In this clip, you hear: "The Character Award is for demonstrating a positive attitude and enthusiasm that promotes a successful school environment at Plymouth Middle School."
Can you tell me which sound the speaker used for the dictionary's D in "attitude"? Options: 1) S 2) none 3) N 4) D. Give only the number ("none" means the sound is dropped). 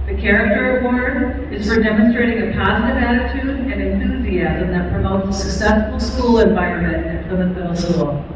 4